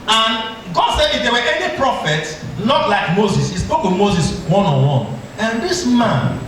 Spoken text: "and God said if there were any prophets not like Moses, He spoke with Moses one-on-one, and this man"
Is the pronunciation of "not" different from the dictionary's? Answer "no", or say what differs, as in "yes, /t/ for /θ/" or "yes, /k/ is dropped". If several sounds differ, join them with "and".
yes, /l/ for /n/